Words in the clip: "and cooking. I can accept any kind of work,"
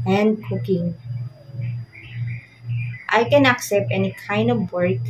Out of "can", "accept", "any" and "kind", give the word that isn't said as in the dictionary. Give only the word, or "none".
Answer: none